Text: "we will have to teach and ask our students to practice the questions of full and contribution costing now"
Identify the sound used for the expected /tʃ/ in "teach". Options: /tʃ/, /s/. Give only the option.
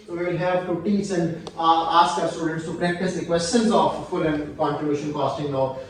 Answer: /s/